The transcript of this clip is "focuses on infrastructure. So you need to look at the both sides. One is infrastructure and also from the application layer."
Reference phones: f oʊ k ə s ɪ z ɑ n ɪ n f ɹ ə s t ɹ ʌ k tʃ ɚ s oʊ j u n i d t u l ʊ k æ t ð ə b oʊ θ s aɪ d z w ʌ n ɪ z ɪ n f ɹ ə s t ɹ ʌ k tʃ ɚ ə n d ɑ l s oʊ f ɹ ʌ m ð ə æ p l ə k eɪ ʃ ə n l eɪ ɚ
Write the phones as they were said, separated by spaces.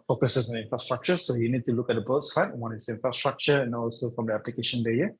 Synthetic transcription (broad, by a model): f oʊ k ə s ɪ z ɑ n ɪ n f ɹ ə s t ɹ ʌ k tʃ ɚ s oʊ j u n i d t u l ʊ k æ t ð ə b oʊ t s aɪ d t w ʌ n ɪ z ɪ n f ɹ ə s t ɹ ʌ k tʃ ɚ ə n ɑ l s oʊ f ɹ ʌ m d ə æ p l ə k eɪ ʃ ə n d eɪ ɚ